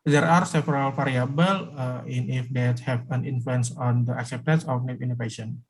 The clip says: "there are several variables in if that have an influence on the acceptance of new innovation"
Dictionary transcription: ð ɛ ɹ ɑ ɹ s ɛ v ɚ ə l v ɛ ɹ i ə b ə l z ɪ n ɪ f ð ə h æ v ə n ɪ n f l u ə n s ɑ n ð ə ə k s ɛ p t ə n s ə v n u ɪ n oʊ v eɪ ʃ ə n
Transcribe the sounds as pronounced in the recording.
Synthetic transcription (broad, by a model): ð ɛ ɹ ɑ ɹ s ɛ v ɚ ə l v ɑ ɹ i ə b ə l ɪ n ɪ f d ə h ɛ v ə n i n f l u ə n s ɑ n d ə ə k s ɛ p t ə n s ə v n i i n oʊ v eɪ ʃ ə n